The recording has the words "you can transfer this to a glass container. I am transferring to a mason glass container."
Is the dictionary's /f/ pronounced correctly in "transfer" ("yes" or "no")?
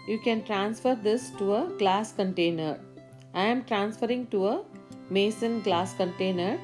yes